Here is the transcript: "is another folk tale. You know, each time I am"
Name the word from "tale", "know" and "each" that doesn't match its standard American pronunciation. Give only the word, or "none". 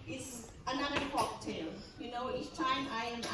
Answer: each